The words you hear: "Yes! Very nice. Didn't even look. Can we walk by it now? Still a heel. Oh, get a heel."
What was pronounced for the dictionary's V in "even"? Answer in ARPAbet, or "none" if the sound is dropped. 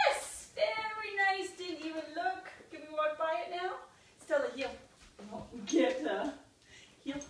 W